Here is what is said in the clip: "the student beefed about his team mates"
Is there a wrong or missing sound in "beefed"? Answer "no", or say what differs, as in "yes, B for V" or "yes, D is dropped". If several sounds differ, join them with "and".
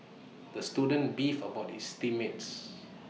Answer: yes, T is dropped